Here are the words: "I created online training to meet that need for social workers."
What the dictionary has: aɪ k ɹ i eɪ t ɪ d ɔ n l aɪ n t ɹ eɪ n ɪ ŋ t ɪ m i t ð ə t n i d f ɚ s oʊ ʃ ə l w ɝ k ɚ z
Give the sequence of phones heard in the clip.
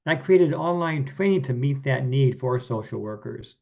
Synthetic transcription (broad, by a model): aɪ k ɹ i eɪ t ɪ d ɔ n l aɪ n t w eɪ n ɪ t ɪ m i t ð ə t n i d f ɚ s oʊ ʃ l w ɝ k ɚ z